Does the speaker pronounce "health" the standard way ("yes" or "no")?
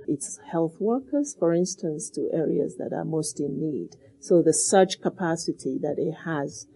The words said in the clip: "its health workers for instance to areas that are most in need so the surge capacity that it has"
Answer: yes